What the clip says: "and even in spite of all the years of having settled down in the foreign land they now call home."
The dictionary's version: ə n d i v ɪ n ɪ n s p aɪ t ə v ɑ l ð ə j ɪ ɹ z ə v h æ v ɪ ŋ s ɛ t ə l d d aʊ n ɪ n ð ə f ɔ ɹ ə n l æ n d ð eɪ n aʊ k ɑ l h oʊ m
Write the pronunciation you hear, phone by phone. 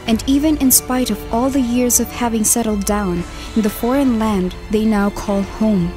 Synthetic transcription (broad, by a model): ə n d i v ɪ n ɪ n s p aɪ t ə v ɑ l ð ə j ɪ ɹ z ə v h æ v ɪ ŋ s ɛ t l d d aʊ n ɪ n ð ə f ɔ ɹ ə n l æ n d ð eɪ n aʊ k ɑ l h oʊ m